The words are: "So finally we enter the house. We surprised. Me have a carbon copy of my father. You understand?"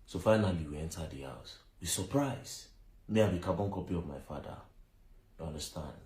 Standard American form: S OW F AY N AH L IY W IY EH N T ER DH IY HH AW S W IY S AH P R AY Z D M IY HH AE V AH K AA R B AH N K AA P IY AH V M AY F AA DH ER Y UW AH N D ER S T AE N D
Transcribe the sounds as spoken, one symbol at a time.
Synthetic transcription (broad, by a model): S OW F AY N AH L IY W IY EH N T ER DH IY HH AW S W IY S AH P R AY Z M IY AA B AH K AA B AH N K AA P IY AH V M AY F AA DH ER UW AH N D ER S T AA N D